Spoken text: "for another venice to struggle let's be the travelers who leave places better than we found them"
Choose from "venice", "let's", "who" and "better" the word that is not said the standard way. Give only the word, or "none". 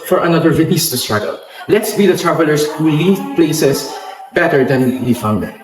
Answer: venice